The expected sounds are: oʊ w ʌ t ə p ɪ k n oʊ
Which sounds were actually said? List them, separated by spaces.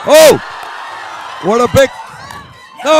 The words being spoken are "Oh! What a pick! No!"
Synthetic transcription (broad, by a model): oʊ w ʌ t ə b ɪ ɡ n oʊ